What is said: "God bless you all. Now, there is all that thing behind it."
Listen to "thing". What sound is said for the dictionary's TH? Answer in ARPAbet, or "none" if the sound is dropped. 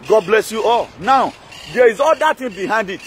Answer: T